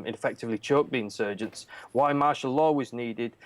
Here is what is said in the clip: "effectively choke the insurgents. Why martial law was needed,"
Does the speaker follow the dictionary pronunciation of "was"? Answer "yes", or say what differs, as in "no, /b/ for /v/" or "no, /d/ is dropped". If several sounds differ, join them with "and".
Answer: yes